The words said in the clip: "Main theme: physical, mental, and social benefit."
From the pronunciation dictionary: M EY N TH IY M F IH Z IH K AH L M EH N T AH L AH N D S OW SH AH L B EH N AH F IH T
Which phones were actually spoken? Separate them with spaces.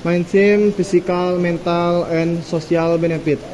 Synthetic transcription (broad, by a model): M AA N S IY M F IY S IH K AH L M EH N T AH L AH N S OW S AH L B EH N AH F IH T